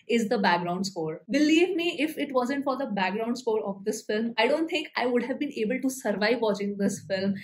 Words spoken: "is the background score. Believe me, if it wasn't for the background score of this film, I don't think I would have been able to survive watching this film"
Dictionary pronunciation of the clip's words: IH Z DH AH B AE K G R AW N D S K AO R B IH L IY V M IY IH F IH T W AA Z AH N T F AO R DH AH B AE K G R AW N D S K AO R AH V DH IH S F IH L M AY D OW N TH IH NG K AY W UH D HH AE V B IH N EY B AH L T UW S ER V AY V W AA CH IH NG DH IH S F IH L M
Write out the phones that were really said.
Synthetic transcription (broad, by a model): IH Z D AH B AE K G R AW N D S K AO R B IH L IY V M IY IH F IH T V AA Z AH N T F AO R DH AH B AE K G R AW N D S K AO R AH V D IH S F IH L M AY D OW N T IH NG K AY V UH D HH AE V B IH N EY B AH L T UW S ER V AY V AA CH IH NG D IH S F IH L M